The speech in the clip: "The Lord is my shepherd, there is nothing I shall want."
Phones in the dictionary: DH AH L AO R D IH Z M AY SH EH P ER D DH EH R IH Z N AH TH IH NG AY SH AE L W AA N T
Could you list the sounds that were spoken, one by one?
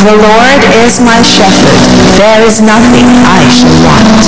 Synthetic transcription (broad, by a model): DH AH L AO R D IH Z M AY SH EH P ER D DH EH R IH Z N AH TH IH NG AY SH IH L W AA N T